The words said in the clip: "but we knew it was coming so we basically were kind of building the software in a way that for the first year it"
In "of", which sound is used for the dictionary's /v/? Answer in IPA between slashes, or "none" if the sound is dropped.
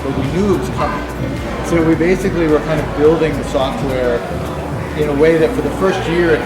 /v/